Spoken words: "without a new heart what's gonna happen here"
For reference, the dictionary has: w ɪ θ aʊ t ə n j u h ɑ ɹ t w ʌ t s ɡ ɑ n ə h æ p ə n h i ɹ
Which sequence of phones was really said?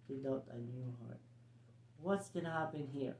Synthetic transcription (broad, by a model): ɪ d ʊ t ə n j u h ɑ ɹ t w ʌ t s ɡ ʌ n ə h æ p ə n h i ɹ